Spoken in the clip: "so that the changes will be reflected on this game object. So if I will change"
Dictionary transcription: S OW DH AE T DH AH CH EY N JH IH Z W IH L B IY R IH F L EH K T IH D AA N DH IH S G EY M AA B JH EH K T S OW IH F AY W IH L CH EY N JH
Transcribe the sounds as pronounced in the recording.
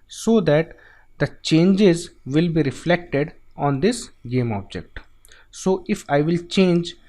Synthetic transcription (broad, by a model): S OW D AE T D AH CH EY N JH IH Z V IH L B IY R IH F L EH K T IH D AA N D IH S G EY M AA B JH EH K T S OW IH F AY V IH L CH EY N JH